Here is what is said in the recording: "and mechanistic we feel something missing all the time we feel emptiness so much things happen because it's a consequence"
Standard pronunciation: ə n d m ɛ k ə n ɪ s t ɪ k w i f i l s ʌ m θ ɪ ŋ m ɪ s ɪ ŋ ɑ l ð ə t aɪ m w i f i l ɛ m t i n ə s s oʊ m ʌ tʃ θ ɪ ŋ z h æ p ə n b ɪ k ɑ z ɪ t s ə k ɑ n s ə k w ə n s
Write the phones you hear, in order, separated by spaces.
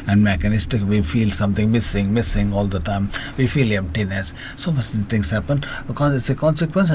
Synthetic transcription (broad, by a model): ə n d m ɛ k ə n ɪ s t ɪ k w i f i l s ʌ m s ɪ ŋ m ɪ s ɪ ŋ ɑ l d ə t aɪ m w i f i l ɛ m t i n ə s s oʊ m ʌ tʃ t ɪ ŋ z h æ p ə n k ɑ ɪ t s ə k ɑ n s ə k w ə n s